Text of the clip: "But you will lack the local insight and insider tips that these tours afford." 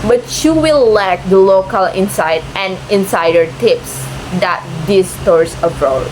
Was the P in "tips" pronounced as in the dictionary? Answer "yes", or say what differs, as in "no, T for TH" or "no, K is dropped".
yes